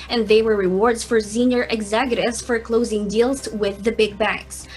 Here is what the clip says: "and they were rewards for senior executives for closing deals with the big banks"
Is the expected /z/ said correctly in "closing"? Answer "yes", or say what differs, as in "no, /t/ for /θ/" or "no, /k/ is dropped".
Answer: yes